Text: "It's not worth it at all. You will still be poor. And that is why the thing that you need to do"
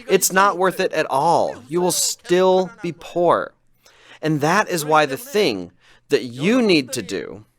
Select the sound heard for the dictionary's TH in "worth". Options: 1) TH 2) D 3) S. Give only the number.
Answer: 1